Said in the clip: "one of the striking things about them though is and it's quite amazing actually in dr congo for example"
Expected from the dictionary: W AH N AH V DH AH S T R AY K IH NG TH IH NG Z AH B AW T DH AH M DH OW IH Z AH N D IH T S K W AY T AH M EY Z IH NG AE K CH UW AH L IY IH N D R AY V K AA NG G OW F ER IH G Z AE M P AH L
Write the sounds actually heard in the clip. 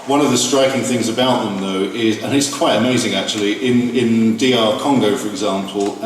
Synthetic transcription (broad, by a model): W AH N AH V DH AH S T R AY K IH NG TH IH NG Z AH B AW T DH AH M DH OW IH Z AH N IH T S K W AY T AH M EY Z IH NG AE K CH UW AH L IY IH N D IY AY K AA NG G OW F ER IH G Z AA M P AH L